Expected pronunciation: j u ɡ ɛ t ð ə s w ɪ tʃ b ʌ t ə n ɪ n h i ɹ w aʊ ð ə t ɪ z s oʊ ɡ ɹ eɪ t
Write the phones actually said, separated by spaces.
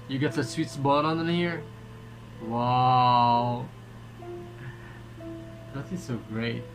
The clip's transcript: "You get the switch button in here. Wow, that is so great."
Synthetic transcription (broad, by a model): j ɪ ɡ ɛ t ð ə s w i s b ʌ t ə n ɪ n h i ɹ w aʊ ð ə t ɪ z s oʊ ɡ ɹ eɪ t